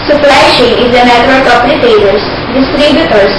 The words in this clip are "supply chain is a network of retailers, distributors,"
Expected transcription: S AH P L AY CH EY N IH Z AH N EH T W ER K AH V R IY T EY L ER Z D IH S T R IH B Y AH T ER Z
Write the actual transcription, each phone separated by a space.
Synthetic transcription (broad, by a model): S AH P L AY SH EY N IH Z AH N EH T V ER K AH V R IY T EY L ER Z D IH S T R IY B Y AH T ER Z